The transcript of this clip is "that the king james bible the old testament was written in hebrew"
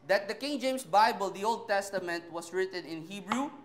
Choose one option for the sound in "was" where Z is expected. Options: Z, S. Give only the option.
S